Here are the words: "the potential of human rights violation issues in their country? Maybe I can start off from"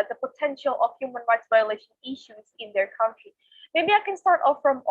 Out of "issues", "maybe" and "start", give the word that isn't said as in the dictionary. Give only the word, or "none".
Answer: none